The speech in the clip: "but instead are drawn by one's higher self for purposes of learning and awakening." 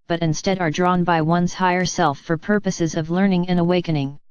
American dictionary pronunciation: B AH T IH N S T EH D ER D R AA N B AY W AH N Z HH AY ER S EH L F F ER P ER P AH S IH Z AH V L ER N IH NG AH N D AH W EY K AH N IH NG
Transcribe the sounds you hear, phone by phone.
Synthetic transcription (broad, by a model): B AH T IH N S T EH D ER D R AA N B AY W AH N Z HH AY ER S EH L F F ER P ER P AH S IH Z AH V L ER N IH NG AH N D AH W EY K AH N IH NG